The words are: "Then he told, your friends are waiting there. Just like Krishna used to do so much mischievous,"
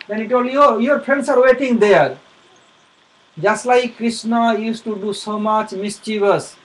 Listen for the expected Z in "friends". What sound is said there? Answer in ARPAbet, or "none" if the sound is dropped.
S